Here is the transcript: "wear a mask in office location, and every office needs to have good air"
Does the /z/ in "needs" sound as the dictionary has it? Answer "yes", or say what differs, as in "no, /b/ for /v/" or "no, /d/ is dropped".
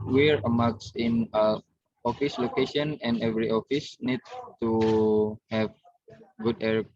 no, /z/ is dropped